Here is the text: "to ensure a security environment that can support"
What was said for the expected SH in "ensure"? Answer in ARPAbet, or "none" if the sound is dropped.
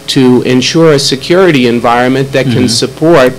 SH